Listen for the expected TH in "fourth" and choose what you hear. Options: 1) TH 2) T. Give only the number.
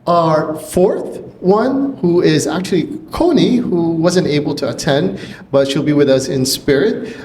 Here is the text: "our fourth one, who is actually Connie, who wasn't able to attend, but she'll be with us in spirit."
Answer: 1